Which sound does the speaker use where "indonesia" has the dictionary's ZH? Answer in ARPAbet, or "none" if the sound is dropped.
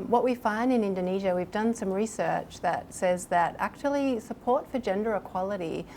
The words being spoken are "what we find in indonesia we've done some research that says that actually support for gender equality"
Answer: ZH